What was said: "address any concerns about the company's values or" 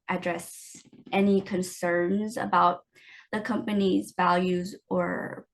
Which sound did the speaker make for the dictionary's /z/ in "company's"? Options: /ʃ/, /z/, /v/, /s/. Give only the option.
/z/